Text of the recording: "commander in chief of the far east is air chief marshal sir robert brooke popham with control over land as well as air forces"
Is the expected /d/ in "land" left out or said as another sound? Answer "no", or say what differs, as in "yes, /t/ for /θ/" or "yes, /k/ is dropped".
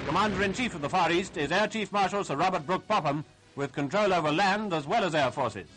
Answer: no